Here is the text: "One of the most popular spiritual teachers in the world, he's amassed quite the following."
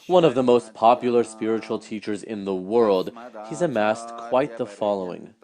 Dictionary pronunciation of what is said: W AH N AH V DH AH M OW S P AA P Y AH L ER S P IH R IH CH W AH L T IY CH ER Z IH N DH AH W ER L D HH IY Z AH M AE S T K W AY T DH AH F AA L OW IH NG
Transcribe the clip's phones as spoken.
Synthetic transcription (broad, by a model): W AH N AH V DH AH M OW S P AA P Y L ER S P IH R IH CH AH L T IY CH ER Z IH N DH AH W ER L D HH IY Z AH M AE S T K W AY T DH AH F AA L OW IH NG